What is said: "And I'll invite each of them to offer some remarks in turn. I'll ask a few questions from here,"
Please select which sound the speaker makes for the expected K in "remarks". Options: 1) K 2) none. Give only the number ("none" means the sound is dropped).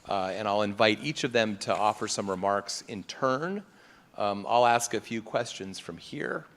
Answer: 1